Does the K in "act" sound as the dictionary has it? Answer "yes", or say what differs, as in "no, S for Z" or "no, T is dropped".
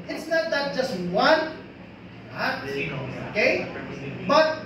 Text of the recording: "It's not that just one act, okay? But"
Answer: no, K is dropped